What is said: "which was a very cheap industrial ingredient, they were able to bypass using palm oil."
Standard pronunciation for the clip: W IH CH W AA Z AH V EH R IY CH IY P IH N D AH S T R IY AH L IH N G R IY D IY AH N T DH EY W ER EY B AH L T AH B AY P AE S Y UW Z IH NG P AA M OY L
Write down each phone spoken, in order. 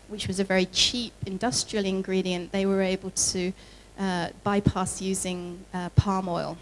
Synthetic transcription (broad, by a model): W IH CH W AA Z AH V EH R IY CH IY P IH N D AH S T R IY AH L IH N G R IY D IY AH N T DH EY W ER EY B AH L T AH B AY P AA S Y UW Z IH NG P AA M OY L